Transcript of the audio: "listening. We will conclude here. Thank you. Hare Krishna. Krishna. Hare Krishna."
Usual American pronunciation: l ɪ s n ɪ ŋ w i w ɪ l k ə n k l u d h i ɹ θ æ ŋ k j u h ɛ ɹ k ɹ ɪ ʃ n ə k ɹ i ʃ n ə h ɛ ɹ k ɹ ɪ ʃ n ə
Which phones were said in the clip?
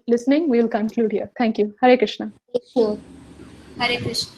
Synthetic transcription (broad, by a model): l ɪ s n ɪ ŋ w i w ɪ l k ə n k l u d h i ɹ t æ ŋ k j u h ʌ ɹ k ɹ ɪ ʃ n ə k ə h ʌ ɹ k ɹ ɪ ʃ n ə